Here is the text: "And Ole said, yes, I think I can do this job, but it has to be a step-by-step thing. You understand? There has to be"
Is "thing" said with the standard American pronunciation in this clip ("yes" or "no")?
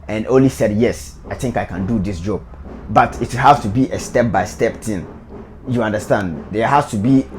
no